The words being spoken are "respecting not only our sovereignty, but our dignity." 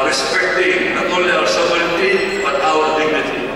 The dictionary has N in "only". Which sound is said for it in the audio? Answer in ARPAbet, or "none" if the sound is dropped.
none